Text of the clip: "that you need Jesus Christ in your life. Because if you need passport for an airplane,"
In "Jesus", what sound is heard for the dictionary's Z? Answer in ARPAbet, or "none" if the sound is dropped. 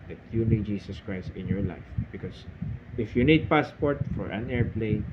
S